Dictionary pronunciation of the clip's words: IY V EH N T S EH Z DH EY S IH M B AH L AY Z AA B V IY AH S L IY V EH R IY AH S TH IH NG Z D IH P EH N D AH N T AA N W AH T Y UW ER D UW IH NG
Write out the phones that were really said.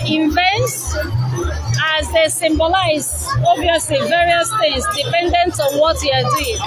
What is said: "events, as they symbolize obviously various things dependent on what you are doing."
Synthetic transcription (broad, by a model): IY V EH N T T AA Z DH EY S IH M B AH L AY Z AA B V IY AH S L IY V EH R IY AH S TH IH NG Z D IH P EH N D AH N T AA N W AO T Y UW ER D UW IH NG